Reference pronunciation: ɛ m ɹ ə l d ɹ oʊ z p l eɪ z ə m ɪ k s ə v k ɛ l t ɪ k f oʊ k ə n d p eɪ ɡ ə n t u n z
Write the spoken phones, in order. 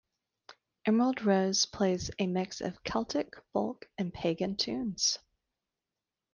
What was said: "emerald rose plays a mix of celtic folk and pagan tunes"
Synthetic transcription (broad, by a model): ɛ m ɹ ə l d ɹ oʊ z p l eɪ z ə m ɪ k s ə v k ɛ l t ɪ k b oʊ k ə n p eɪ ɡ ə n t u n z